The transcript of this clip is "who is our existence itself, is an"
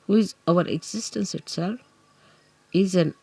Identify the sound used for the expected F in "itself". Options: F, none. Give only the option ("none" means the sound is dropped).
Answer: none